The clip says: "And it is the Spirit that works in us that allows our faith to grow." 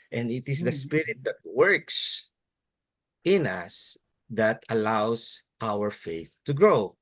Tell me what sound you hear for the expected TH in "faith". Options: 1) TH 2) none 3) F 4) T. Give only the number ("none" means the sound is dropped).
1